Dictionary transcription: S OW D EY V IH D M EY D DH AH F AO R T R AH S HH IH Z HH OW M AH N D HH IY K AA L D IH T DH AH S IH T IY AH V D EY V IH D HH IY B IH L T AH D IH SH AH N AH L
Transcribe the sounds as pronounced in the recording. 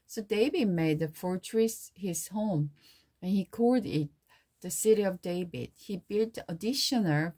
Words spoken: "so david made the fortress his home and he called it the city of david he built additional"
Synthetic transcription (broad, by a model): S OW D EY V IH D M EY D DH AH F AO R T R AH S HH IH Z HH OW M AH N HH IY K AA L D IH T DH AH S IH T IY AH V D EY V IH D HH IY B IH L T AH D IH SH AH N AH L